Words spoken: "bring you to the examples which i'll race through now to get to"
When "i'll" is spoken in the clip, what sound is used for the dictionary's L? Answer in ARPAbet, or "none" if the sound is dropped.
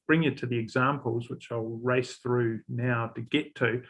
L